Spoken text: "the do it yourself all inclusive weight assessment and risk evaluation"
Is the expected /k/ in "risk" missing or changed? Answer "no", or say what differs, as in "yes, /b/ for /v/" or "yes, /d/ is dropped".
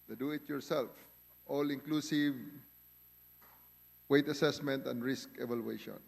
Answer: no